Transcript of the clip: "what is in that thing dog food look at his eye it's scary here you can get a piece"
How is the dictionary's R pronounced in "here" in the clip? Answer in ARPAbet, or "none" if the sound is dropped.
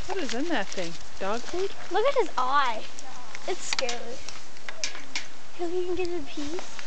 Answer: L